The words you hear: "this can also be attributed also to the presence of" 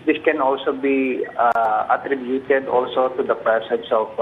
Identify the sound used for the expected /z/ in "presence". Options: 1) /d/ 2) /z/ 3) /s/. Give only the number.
3